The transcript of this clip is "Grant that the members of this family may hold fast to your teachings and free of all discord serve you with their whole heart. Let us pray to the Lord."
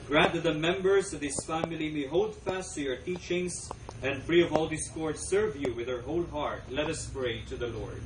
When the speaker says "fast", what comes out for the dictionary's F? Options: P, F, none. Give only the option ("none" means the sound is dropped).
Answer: F